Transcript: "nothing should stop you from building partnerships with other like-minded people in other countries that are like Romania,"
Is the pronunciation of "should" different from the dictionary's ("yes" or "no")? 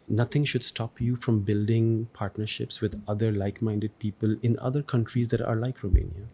no